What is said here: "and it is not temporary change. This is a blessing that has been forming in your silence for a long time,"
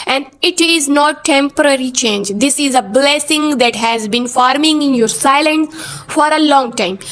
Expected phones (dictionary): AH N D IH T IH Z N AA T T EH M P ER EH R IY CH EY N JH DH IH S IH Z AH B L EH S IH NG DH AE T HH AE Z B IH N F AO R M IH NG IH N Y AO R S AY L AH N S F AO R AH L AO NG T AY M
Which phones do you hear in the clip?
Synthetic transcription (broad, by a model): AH N D IH T IH Z N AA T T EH M P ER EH R IY CH EY N JH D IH S IH Z AH B L EH S IH NG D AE T HH AE Z B IH N F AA R M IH NG IH N Y AO R S AY L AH N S F AO R AH L AO NG T AY M